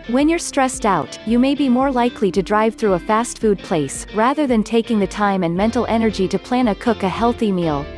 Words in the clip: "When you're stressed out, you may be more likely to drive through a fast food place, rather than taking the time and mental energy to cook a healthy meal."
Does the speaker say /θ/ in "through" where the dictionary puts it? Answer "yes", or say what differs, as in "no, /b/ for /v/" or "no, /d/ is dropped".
yes